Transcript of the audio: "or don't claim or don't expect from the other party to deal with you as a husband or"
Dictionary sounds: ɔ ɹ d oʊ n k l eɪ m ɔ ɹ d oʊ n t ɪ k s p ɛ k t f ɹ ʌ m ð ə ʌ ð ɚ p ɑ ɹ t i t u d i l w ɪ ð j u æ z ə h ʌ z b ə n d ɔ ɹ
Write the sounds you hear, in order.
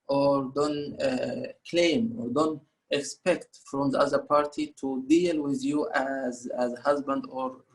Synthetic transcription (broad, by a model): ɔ ɹ d oʊ n k l eɪ m ɔ ɹ d oʊ n t ɪ k s p ɛ k t f ɹ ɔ m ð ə ʌ ð ɚ p ɑ ɹ t i t u d i l w ɪ ð j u æ z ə h ʌ z b ə n d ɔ ɹ